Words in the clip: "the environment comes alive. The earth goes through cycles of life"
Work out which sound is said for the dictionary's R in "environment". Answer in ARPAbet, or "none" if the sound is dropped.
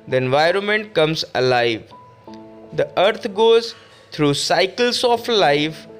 R